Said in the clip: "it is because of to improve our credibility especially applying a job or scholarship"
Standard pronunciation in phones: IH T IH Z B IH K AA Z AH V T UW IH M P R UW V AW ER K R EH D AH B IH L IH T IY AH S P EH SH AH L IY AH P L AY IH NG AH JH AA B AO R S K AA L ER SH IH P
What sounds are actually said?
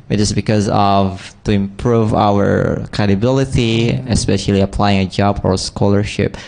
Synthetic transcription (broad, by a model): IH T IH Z B IH K AA Z AH V T UW IH M P R UW V AW ER K R EH D AH B IH L IH T IY AH S P EH SH AH L IY AH P L AY IH NG AH JH AA B AO R S K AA L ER SH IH P